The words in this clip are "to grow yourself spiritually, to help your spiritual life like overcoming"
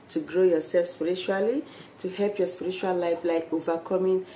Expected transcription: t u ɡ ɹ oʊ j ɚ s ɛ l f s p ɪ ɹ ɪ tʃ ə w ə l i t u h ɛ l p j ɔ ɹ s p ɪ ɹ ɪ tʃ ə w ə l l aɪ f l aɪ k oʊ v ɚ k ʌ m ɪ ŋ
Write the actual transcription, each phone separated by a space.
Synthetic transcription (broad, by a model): t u ɡ ɹ oʊ j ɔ s ɛ l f s p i ɹ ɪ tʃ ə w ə l i t u h ɛ l p j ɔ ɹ s p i ɹ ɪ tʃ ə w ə l l aɪ f l aɪ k oʊ v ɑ k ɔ m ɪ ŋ